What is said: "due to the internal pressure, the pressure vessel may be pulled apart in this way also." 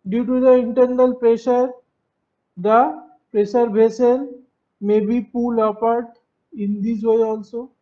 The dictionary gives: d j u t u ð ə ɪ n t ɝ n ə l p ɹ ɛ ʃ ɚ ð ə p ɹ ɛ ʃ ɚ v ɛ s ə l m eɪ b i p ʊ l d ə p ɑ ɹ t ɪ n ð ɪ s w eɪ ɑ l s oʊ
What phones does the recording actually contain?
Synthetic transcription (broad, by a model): d j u t u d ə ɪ n t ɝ n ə l p ɹ ɛ ʃ ɚ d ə p ɹ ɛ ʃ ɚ b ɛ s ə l m eɪ b i p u l ə p ɑ ɹ t ɪ n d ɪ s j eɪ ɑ l s oʊ